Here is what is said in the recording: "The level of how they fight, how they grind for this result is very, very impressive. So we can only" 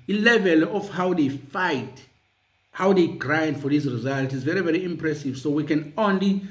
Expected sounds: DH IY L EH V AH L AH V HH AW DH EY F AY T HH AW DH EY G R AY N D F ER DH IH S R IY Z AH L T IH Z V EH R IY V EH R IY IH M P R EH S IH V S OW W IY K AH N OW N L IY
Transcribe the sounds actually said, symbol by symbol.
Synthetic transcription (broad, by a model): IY L EH V AH L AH F HH AW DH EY F AY T HH AW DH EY G R AY N D F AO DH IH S R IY Z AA L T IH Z V EH R IY V EH R IY IH M P R EH S IH V S OW W IY K AH N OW N L IY